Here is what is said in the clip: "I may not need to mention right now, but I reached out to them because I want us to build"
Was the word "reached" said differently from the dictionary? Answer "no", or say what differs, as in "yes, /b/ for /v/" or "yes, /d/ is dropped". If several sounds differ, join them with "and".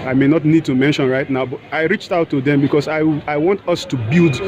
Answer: no